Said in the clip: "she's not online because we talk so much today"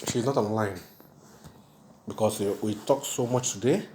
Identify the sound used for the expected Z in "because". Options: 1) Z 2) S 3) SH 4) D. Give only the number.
2